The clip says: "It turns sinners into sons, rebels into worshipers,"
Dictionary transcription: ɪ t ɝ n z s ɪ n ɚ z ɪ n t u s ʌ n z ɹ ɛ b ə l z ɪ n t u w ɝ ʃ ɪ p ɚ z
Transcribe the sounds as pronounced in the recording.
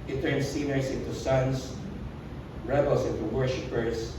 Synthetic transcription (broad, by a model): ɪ t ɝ n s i n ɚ s ɪ n t u s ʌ n s ɹ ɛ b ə l s ɪ n t u w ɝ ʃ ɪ p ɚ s